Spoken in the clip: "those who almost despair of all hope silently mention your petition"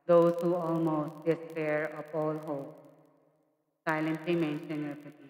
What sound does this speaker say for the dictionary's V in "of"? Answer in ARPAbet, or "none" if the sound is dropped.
P